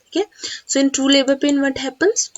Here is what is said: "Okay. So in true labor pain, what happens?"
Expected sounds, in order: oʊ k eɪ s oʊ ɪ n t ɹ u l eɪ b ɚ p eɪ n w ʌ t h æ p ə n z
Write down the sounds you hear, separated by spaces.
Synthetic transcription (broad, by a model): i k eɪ s oʊ ɪ n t u l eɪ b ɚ p eɪ n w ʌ t h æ p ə n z